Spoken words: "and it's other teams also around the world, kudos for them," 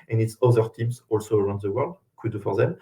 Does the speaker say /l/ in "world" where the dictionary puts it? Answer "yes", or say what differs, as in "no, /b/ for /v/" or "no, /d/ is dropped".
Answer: yes